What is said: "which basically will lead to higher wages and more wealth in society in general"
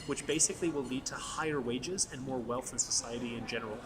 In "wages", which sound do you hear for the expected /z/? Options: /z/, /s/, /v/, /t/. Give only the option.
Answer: /z/